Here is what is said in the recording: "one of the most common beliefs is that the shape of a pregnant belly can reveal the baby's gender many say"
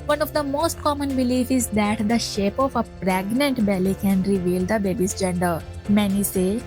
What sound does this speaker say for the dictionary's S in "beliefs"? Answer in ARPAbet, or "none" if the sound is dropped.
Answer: none